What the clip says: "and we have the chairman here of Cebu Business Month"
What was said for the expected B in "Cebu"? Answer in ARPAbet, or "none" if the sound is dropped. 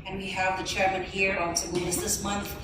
none